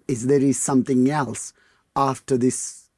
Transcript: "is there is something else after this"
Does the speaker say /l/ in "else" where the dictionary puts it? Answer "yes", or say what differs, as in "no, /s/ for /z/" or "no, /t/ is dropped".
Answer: yes